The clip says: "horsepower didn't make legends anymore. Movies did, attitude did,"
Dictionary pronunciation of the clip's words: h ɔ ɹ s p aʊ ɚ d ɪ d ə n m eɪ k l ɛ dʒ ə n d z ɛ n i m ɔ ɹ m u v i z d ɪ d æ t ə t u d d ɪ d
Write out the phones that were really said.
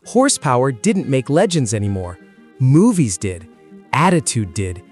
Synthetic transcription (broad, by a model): h ɔ ɹ s p aʊ ɚ d ɪ d n m eɪ k l ɛ dʒ ə n d z ɛ n i m ɔ ɹ m u v i z d ɪ d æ t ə t u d d ɪ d